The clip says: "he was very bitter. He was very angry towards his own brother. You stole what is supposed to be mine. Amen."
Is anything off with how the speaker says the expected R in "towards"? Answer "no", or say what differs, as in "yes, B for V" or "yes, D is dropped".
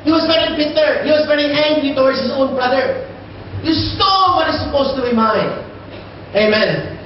yes, W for R